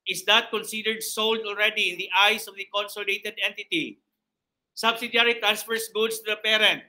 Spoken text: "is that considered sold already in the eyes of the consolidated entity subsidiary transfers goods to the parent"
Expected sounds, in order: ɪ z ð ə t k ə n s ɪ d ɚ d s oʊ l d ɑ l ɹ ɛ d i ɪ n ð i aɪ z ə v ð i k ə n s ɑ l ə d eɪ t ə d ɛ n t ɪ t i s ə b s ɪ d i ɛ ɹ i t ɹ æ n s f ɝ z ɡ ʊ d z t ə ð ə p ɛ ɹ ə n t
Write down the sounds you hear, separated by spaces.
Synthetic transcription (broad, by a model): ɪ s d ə t k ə n s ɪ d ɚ d s oʊ l d ɑ l ɹ ɛ d i ɪ n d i aɪ s ə v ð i k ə n s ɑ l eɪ t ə d ɛ n t ɪ t i s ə b s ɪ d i ɹ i t ɹ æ n s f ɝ s ɡ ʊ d s t ə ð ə p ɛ ɹ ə n t